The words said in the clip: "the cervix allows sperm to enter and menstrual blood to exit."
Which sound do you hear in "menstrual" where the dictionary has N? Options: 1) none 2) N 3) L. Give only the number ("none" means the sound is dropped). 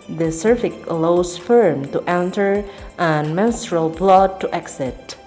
2